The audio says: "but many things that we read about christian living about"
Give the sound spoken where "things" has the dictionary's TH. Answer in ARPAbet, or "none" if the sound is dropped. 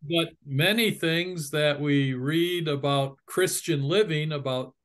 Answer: TH